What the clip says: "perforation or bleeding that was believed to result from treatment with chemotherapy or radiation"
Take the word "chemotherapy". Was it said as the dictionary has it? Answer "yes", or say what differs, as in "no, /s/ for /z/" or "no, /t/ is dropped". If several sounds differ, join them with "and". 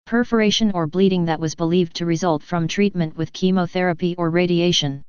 yes